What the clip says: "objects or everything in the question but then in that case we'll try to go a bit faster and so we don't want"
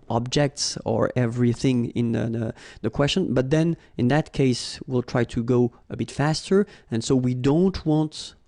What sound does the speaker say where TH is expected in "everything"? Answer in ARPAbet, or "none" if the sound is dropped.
TH